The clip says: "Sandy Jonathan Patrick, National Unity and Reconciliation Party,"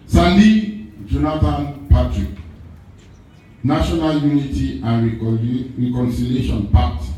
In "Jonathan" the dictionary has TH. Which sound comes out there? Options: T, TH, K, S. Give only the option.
T